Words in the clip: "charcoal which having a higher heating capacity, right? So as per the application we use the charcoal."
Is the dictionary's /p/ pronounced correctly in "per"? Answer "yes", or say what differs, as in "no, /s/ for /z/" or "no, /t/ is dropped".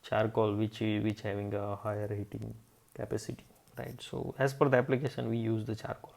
no, /f/ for /p/